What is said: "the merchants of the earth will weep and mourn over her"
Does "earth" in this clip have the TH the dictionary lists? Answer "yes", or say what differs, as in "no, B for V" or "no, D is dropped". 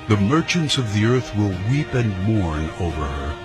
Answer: yes